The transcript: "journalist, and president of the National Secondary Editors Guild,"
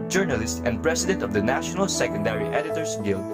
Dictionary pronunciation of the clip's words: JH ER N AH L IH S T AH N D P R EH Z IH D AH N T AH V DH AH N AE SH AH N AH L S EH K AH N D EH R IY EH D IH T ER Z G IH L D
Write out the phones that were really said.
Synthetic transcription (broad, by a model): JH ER N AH L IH S T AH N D P R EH S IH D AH N T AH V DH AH N AE SH AH N AH L S EH K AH N D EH R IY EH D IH T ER S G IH L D